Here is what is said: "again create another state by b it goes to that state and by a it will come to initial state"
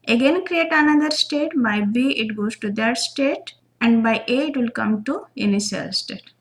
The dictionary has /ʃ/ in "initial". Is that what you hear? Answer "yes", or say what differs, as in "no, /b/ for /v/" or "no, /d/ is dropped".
no, /s/ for /ʃ/